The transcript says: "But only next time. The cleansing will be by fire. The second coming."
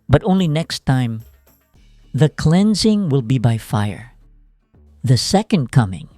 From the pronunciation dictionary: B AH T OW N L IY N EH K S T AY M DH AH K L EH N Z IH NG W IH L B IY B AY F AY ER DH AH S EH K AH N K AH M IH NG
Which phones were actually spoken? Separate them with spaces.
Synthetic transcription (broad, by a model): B AH T OW N L IY N EH K S T AY M DH AH K L EH N Z IH NG W IH L B IY B AY F AY ER DH AH S EH K AH N K AH M IH NG